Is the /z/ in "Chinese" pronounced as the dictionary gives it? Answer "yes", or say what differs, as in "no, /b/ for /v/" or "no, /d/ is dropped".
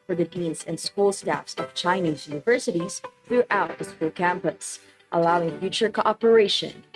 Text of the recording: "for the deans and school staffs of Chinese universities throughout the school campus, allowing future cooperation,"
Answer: yes